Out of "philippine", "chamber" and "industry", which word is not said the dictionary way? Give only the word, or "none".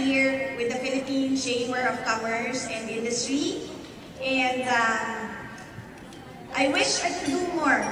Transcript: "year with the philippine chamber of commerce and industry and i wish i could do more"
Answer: chamber